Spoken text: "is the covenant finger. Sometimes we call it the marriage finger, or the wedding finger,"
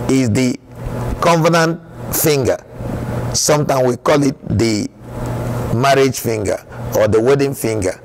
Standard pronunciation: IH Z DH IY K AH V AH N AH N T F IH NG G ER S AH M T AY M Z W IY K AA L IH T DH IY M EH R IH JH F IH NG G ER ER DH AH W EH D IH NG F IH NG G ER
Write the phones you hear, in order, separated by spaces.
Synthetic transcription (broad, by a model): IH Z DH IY K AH V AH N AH N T F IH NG G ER S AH M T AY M W IY K AA L IH T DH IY M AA R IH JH F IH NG G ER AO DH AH W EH D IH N F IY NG G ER